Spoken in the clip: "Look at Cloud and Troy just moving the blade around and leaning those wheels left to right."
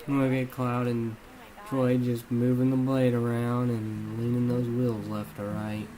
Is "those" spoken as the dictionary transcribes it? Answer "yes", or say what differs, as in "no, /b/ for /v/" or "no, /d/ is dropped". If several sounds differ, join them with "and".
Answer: yes